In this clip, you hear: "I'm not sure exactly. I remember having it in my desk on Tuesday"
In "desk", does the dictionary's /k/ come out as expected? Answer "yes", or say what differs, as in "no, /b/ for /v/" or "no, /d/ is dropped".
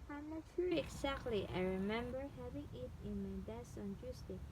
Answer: no, /k/ is dropped